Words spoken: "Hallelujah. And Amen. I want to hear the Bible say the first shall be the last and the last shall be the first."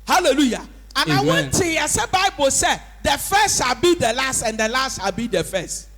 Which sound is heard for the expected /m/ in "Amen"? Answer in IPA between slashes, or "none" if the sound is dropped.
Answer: none